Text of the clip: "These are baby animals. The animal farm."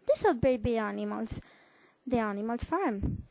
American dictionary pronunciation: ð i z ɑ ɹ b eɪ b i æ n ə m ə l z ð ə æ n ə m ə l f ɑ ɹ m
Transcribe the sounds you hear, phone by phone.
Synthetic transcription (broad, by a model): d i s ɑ l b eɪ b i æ n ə m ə l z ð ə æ n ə m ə l f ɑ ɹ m